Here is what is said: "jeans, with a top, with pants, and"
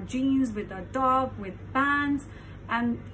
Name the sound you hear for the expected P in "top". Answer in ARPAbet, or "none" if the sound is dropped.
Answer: B